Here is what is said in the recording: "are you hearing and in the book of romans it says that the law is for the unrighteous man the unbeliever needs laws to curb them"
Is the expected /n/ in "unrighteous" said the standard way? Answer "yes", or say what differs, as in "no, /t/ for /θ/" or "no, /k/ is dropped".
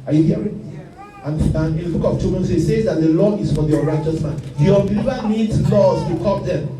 no, /n/ is dropped